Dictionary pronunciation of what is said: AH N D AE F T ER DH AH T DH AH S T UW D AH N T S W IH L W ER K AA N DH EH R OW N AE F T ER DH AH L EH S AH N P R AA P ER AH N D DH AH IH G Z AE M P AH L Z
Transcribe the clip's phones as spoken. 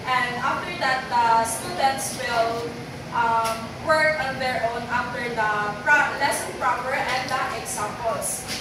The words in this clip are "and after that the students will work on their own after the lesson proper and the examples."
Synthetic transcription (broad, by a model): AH N D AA F T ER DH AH T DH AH S T UW D AH N T S W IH L W ER K AA N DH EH R OW N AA F T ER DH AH L EH S AH N P R AA P ER AH N D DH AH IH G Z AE M P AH L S